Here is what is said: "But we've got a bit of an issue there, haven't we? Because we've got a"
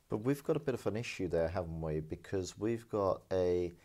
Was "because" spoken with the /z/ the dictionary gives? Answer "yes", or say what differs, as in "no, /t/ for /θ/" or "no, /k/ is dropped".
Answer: yes